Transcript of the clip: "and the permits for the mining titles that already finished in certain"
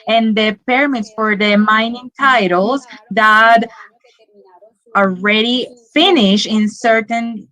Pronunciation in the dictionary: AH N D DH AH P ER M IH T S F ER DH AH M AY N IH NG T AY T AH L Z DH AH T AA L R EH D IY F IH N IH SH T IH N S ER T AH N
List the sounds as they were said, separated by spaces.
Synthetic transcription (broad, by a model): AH N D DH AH P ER M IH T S F ER DH AH M AY N IH NG T AY T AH L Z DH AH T AA L R EH D IY F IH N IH SH IH N S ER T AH N